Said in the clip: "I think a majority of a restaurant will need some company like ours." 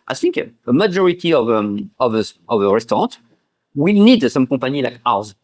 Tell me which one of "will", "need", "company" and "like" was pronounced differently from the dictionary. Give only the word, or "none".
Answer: company